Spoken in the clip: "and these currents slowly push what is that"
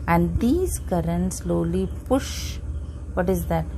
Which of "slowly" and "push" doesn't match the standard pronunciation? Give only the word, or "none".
none